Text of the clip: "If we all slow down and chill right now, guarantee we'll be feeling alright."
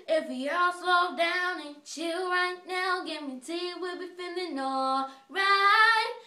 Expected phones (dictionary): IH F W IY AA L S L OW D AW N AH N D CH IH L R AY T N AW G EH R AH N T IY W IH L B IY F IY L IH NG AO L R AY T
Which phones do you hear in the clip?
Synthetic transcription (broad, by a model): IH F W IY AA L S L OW D AW N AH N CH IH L R AY T N AW G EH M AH T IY W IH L B IY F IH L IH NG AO R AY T